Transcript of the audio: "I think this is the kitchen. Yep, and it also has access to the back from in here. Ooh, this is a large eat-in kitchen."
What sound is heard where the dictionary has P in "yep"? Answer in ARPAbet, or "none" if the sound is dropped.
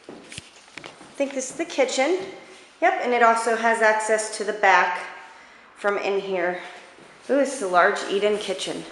P